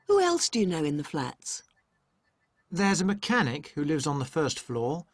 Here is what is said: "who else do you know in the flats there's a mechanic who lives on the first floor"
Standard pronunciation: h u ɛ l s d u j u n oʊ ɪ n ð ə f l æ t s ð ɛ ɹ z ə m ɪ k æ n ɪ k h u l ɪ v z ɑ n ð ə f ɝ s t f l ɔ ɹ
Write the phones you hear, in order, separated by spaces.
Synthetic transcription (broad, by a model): h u ɛ l s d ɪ j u n oʊ ɪ n ð ə f l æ t s ð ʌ ɹ z ə m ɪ k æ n ɪ k h u l ɪ v z n ð ə f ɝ s t f l ɔ